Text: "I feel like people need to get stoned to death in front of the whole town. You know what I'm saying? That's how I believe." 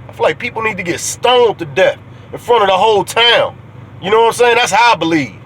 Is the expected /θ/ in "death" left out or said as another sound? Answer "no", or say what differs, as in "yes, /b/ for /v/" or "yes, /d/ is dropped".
no